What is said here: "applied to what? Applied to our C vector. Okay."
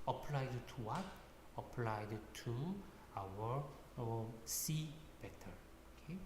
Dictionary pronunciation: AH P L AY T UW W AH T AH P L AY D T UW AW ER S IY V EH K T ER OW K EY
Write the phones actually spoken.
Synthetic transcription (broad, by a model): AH P L AY T UW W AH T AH P L AY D T UW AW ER S IY B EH T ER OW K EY